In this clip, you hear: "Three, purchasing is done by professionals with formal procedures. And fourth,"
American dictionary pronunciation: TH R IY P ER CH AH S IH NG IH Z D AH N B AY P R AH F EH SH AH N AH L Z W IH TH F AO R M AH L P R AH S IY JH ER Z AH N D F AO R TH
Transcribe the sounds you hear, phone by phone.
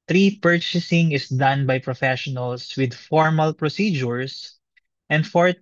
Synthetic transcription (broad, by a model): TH R IY P ER CH AH S IH NG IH S D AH N B AY P R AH F EH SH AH N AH L S W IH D F AO R M AH L P R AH S IY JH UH S AH N D F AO R